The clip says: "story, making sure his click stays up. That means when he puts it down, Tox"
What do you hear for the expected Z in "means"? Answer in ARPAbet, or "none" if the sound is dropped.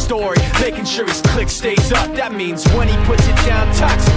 Z